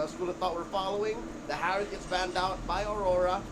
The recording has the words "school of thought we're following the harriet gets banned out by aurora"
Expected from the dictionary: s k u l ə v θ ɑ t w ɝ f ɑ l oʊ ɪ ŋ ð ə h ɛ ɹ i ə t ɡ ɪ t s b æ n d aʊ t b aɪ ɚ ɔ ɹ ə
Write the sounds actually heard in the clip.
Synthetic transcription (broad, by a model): s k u l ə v θ ɑ t w ɝ f ɑ l oʊ ɪ ŋ ð ə h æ ɹ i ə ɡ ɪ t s b æ n d aʊ t b aɪ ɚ ɔ ɹ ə